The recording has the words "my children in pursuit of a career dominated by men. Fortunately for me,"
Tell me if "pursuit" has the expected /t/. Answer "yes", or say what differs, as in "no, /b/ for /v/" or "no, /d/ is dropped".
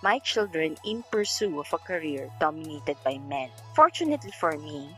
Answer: no, /t/ is dropped